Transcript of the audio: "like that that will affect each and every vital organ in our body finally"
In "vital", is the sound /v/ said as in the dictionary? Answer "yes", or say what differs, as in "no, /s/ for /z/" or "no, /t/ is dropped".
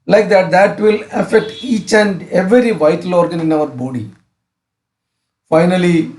yes